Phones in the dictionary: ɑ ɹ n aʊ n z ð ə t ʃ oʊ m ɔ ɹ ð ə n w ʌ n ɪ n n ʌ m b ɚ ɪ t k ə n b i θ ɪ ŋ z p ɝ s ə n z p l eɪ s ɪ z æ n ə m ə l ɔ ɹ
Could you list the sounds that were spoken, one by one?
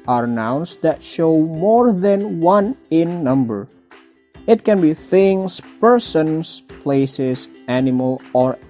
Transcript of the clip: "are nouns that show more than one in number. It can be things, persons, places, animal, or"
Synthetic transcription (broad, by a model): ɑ ɹ n aʊ n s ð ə t ʃ oʊ m ɔ ɹ ð ə n w ʌ n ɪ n n ʌ m b ɚ ɪ t k ə n b i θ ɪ ŋ s p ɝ s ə n s p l eɪ s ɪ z æ n ə m ə l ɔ ɹ